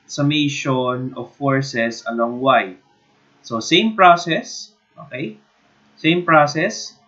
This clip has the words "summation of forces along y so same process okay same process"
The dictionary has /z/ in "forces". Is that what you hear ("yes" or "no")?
no